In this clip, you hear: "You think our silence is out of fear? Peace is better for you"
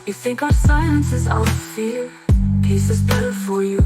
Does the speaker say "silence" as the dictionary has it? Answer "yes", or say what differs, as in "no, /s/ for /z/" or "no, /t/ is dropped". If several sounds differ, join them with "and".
no, /l/ is dropped